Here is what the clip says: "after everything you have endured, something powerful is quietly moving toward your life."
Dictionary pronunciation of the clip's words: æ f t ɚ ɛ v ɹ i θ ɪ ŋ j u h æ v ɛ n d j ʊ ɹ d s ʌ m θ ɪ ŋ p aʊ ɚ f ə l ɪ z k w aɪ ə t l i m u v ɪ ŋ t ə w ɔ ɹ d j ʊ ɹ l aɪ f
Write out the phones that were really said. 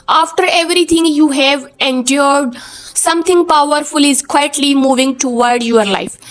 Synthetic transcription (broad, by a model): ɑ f t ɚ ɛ v ɹ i t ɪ ŋ j u h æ v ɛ n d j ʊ ɹ d s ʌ m t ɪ ŋ p aʊ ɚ f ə l ɪ z k w aɪ ə t l i m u v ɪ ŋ t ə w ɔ ɹ d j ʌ ɹ l aɪ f